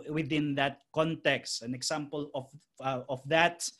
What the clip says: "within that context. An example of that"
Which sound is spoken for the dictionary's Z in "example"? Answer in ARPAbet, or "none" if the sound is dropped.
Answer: S